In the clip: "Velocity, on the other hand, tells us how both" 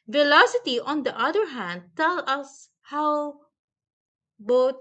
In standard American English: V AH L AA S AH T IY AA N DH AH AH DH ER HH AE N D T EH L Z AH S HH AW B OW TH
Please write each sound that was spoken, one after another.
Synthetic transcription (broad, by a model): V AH L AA S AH T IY AA N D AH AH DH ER HH AE N D T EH L AH S HH AW B OW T